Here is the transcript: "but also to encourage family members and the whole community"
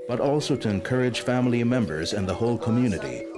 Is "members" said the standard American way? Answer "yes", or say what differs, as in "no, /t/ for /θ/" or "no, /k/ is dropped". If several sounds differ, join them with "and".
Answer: yes